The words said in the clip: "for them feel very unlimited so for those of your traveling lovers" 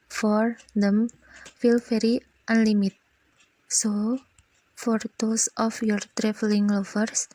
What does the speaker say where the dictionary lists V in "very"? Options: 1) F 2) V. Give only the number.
1